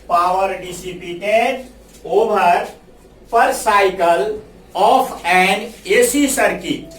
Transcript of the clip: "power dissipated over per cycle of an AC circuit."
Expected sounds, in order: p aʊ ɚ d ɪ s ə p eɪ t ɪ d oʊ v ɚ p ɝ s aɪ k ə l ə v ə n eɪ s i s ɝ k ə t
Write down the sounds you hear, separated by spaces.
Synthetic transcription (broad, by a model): p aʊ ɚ d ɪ s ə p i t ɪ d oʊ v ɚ p ɝ s aɪ k ə l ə p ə n eɪ s i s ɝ k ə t